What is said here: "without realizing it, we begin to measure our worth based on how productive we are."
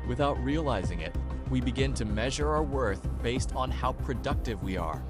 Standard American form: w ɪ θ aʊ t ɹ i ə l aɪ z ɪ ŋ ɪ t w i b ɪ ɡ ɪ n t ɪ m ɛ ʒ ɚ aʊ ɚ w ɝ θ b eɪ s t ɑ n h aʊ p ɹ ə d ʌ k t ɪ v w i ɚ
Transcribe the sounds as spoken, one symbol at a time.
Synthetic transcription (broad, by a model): w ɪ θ aʊ t ɹ i ə l aɪ z ɪ ŋ ɪ t w i b ɪ ɡ ɪ n t ɪ m ɛ ʒ ɚ aʊ ɚ w ɝ θ b eɪ s t n h aʊ p ɹ ə d ʌ k t ɪ v w i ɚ